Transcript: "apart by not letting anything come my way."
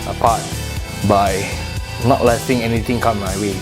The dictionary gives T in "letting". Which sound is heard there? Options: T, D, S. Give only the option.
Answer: S